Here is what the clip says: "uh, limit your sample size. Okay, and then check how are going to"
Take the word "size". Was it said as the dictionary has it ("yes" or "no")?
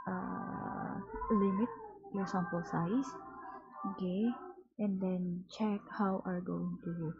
no